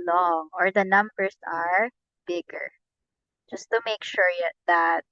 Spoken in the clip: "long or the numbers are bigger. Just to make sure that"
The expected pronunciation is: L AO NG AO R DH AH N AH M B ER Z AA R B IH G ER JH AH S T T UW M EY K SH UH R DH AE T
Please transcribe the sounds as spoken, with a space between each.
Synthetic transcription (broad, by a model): L AO NG AO R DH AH N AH M B ER S AA R B IH G ER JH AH S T T UW M EY K SH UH R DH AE T